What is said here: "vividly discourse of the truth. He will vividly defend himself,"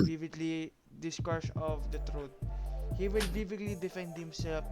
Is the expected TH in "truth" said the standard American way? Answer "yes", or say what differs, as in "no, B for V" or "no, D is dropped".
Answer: no, T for TH